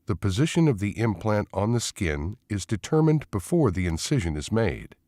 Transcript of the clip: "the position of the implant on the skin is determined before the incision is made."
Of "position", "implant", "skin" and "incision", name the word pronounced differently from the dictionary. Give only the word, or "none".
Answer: none